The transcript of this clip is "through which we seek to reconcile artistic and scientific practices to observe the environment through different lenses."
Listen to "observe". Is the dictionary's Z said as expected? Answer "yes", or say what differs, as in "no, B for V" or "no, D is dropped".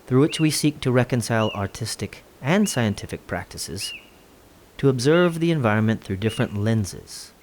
yes